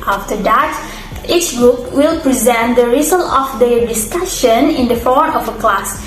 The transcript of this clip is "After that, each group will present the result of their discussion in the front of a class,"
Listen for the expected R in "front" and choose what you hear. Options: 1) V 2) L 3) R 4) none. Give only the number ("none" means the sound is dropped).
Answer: 4